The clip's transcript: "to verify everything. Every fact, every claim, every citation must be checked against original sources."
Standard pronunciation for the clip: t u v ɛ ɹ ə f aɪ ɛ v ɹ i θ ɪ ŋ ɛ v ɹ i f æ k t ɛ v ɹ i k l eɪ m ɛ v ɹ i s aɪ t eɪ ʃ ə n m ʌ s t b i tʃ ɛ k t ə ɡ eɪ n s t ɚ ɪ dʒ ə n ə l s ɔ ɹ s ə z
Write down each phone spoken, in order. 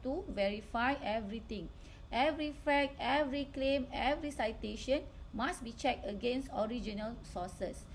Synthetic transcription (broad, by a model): t u v ɛ ɹ ə f aɪ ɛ v ɹ i t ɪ ŋ ɛ v ɹ i f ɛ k ɛ v ɹ i k l eɪ m ɛ v ɹ i s aɪ t eɪ ʃ ə n m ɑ s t b i tʃ ɛ k t ə ɡ eɪ n s t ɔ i dʒ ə n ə l s ɔ s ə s